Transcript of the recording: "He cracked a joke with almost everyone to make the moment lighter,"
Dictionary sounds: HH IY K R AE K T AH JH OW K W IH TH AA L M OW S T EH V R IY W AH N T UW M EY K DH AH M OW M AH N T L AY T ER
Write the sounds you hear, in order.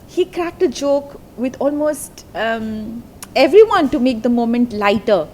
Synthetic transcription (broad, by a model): HH IY K R AE K T AH JH OW K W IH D AA L M OW S T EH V R IY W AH N T UW M EY K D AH M OW M AH N T L AY T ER